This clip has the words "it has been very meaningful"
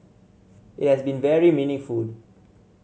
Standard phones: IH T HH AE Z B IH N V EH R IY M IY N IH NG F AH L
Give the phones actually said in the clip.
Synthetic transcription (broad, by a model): IH T HH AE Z B IH N V EH R IY M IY N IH F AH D